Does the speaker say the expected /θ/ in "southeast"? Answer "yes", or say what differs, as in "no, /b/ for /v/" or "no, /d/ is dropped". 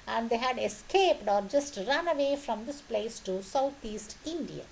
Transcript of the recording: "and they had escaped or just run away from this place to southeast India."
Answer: no, /t/ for /θ/